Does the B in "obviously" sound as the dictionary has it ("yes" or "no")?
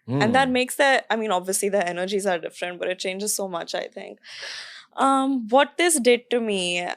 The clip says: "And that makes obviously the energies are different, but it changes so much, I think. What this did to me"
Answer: yes